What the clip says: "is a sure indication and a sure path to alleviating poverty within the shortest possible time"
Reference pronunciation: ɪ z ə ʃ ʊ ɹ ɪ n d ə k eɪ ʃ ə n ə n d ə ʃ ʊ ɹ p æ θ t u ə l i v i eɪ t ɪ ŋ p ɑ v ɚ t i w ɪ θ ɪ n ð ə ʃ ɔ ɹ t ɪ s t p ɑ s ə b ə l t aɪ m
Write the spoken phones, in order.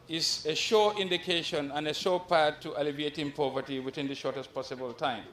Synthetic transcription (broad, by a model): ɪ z ə ʃ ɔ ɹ ɪ n d ə k eɪ ʃ ə n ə n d ə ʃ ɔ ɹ p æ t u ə l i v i eɪ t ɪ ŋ p ɑ v ɚ t i w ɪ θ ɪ n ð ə ʃ ɔ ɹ t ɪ s t p ɑ s ə b ə l t aɪ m